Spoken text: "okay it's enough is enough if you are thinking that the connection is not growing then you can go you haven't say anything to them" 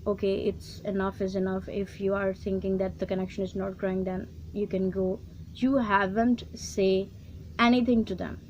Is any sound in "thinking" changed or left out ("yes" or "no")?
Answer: yes